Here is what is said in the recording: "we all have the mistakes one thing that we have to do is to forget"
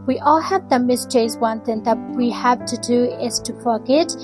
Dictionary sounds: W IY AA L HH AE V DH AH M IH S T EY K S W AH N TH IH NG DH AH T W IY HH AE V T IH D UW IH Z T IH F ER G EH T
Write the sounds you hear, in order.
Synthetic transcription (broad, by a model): W IY AA L HH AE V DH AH M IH S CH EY S W AH N TH IH NG DH AH T W IY HH AE V T IH D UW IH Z T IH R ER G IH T